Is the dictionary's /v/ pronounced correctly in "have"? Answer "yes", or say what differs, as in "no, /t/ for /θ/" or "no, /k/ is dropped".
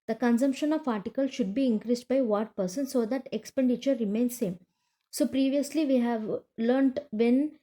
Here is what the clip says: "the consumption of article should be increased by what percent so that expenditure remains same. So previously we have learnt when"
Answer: yes